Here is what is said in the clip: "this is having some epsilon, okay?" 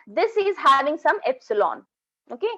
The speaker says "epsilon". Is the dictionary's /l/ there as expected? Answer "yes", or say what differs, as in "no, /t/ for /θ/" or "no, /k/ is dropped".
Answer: yes